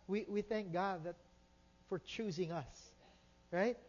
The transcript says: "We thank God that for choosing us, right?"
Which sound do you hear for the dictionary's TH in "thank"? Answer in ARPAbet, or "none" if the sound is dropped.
TH